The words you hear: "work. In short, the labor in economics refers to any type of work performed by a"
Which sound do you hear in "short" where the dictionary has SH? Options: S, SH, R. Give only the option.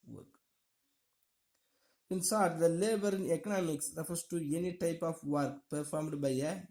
S